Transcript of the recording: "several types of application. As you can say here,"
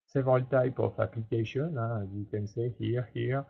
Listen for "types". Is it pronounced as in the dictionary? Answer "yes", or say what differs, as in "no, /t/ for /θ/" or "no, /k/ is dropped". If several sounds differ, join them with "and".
no, /s/ is dropped